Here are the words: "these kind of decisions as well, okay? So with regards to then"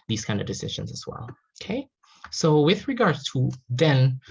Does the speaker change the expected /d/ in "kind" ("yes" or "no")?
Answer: no